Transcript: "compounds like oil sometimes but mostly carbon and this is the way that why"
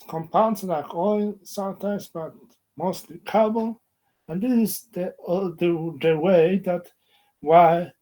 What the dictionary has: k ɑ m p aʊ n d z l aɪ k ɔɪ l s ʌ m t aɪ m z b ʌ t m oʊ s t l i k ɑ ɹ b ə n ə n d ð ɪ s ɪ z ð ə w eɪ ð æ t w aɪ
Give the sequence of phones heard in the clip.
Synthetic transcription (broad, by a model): k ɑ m p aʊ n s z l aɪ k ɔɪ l s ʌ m t aɪ m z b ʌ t m oʊ s t l i k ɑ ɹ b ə l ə n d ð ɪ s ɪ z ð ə w eɪ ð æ t w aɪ